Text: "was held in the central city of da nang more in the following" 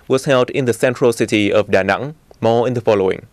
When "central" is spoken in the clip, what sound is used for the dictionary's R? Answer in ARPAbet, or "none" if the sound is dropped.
R